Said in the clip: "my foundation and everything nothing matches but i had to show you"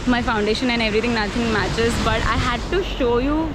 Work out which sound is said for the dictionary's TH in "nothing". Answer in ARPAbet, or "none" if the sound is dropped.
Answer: T